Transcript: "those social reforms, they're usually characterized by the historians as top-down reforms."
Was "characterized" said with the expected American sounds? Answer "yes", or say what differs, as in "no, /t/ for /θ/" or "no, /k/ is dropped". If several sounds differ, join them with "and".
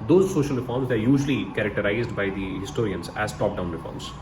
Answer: yes